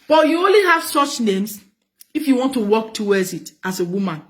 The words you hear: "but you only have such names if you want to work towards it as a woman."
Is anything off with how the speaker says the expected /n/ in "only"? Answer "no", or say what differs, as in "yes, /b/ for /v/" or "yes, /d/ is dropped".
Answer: no